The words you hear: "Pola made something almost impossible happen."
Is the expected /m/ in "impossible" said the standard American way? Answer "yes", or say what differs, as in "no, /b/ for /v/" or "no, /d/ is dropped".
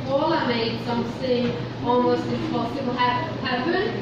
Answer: no, /m/ is dropped